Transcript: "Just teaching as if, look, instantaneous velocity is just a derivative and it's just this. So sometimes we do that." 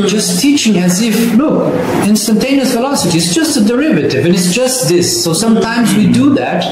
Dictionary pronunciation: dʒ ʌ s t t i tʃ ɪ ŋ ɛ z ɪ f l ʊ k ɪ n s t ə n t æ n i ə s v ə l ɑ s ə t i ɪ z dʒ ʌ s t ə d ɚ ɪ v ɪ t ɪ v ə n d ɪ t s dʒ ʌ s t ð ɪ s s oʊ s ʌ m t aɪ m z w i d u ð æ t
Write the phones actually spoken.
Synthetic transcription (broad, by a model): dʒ ʌ s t t i tʃ ɪ ŋ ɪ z ɪ f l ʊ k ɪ n s t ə n t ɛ n i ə s f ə l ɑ s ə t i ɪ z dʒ ʌ s t ə d ɚ ɪ v ɪ t ɪ v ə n ɪ t s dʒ ʌ s t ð ɪ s s oʊ s ʌ m t aɪ m z w i d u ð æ t